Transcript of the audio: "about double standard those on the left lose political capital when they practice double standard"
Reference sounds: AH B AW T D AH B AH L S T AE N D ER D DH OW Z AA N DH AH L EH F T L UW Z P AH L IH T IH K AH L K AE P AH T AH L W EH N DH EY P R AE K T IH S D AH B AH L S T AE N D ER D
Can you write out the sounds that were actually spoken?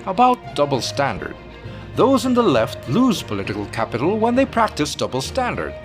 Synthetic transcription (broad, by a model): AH B AW T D AH B L S T AE N D ER D DH OW Z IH N DH AH L EH F T L UW Z P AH L IH T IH K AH L K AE P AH T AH L W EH N DH EY P R AE K T IH S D AH B L S T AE N D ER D